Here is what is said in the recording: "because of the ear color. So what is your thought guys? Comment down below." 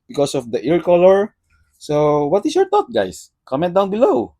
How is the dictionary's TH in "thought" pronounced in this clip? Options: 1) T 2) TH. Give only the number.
1